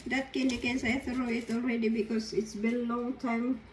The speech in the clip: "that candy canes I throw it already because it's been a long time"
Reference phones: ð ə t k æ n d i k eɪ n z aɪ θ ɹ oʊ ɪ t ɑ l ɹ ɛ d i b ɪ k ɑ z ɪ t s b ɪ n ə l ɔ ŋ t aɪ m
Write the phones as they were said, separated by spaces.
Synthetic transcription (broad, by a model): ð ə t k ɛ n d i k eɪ n s aɪ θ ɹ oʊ ɪ t ɑ l ɹ ɛ d i b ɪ k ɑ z ɪ t s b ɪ l ə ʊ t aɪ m